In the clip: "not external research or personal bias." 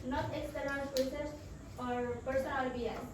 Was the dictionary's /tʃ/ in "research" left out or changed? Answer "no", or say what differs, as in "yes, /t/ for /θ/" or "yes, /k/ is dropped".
yes, /s/ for /tʃ/